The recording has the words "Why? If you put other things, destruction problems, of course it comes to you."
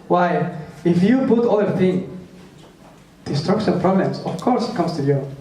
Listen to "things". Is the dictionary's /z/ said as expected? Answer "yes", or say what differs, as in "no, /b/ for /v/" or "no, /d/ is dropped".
no, /z/ is dropped